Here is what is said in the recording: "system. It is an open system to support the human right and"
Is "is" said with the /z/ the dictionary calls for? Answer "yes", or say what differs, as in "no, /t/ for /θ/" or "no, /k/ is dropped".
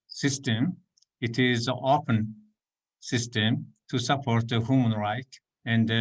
yes